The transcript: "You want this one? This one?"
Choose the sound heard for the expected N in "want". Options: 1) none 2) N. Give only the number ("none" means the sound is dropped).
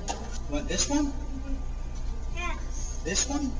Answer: 1